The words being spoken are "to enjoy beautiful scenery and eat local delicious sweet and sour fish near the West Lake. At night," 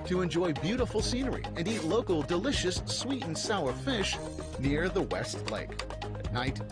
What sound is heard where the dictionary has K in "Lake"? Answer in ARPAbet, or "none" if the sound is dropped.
K